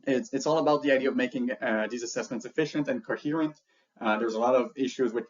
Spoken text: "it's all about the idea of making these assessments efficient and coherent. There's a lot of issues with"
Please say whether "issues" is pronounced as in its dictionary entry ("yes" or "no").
yes